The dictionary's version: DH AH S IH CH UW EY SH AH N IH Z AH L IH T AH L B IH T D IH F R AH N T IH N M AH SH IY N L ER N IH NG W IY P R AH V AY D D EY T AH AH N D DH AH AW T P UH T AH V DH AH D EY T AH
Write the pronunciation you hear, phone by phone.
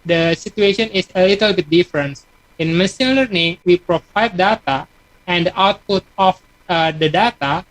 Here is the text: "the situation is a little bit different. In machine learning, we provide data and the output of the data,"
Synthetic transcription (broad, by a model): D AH S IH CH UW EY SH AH N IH S AH L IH T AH L B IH T D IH F R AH N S IH N M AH S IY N L ER N IH NG W IY P R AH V AY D D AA T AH AH N D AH AW T P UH T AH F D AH D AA T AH